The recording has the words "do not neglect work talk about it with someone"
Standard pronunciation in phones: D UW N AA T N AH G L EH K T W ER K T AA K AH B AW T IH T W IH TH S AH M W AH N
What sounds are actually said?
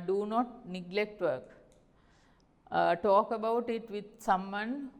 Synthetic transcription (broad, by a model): D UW N AA T N AH G L EH K T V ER K T AA K AH B AW T IH T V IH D S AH M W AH N